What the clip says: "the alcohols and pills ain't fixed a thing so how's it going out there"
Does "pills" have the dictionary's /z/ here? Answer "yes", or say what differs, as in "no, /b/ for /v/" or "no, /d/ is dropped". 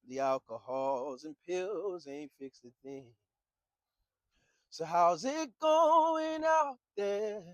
yes